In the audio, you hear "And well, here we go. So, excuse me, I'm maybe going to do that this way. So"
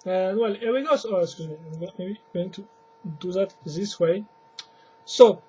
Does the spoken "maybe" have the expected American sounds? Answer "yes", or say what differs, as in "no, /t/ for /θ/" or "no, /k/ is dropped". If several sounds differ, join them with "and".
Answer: no, /b/ is dropped